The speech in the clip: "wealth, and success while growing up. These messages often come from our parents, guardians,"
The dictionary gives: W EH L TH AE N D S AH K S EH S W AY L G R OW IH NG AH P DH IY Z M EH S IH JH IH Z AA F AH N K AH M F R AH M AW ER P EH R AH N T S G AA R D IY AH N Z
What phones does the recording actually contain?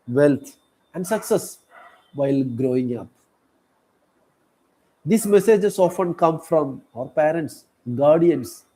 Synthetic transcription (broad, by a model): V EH L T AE N D S AH K S EH S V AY L G R OW IH NG AH P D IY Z M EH S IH JH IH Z AA F AH N K AH M F R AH M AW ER P EH R AH N T S G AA R D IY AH N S